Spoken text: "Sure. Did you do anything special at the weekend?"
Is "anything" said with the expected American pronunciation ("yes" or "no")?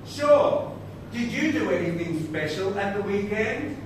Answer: yes